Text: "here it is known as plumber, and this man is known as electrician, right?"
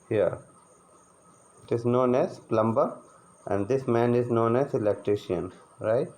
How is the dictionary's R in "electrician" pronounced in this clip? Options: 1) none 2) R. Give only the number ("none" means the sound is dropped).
2